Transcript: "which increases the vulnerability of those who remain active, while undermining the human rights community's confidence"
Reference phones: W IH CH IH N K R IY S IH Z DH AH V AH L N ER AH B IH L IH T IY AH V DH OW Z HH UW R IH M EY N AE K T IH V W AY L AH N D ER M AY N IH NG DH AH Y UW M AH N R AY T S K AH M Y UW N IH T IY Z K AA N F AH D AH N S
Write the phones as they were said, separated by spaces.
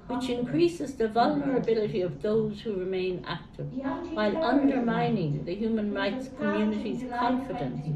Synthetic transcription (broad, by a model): W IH CH IH N K R IY S IH Z DH AH V AH L N ER AH B IH L IH T IY AH V DH OW Z HH UW R IH M EY N AE K T IH V W AY L AH N D ER M AY N IH NG DH AH Y UW M AH N R AY T S K AH M Y UW N IH T IY Z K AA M F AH D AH N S